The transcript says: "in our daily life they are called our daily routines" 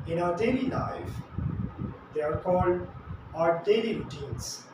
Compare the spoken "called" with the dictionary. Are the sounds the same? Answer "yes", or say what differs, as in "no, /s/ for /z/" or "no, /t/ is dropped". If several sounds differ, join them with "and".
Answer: yes